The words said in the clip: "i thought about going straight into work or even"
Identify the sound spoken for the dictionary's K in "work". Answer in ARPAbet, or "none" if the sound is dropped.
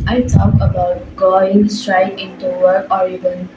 none